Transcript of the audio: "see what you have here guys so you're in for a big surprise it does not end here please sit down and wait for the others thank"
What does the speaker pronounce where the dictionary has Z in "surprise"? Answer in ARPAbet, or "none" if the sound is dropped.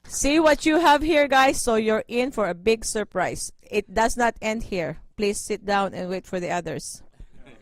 S